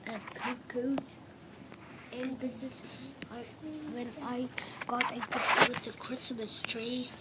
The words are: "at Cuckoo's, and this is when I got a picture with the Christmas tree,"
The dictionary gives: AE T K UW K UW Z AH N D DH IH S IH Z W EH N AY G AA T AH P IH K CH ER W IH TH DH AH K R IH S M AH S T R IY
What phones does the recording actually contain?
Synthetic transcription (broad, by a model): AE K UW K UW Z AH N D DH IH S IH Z W EH N AY G AA T AH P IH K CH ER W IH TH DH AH K R IH S M AH S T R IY